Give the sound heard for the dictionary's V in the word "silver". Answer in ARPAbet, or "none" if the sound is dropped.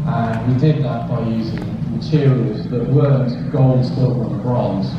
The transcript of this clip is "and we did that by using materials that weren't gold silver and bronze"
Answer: F